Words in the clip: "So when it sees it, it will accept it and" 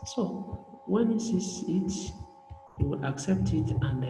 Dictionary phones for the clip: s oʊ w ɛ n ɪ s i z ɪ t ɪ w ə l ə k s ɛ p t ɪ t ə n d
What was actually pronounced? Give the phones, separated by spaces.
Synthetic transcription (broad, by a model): s oʊ w ɛ n ɪ s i s ɪ t ɪ w ə l ə k s ɛ p t ɪ t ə n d